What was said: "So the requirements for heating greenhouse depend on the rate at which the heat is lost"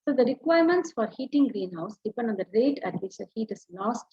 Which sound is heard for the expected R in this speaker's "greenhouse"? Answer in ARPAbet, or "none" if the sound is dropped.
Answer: R